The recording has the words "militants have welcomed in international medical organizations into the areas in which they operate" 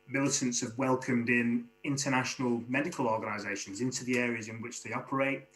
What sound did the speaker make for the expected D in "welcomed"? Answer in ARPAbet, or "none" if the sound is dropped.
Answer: D